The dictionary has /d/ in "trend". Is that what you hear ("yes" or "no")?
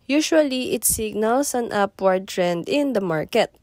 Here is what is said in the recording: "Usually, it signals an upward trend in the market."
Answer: yes